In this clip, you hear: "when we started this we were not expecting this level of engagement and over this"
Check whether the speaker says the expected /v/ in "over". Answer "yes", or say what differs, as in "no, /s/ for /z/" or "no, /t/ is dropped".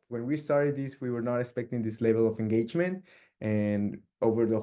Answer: yes